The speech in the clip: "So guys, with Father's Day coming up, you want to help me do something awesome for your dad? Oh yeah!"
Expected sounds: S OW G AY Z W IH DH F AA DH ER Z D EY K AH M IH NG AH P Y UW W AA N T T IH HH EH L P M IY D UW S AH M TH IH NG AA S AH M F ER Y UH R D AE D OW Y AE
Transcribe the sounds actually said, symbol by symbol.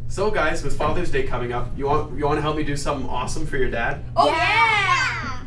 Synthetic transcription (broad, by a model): S OW G AY Z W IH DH F AA DH ER Z D EY K AH M IH NG AH P Y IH W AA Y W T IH HH EH L P M IY D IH S AH M TH IH NG AA S AH M F ER Y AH R D AE D OW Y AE